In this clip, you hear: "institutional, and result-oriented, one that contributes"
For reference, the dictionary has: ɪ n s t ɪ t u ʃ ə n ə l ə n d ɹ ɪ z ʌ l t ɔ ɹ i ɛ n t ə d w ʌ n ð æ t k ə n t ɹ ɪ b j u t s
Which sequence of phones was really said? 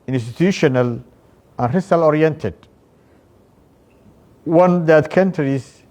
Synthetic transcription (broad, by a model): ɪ n s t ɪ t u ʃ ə n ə l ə n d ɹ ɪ s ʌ l ɔ ɹ i ɛ n t ə d w ʌ n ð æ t k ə n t ɹ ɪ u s